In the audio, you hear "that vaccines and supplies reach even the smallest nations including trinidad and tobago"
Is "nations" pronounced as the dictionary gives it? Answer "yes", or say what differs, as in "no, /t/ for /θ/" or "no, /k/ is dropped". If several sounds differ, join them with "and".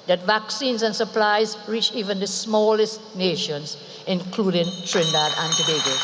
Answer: yes